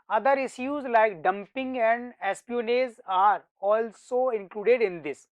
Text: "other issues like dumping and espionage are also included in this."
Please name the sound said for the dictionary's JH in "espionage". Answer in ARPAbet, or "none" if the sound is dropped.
Z